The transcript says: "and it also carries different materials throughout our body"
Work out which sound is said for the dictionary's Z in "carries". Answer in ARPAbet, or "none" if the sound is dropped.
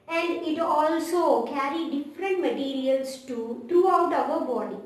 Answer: none